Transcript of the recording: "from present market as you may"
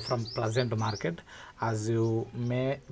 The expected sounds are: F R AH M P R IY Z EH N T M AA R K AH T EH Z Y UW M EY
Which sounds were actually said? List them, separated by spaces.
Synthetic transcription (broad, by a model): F R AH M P L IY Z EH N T M AA R K AH T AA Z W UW M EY